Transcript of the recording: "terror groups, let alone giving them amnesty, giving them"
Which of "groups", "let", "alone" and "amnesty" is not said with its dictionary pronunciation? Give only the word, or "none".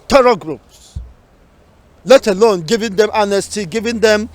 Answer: amnesty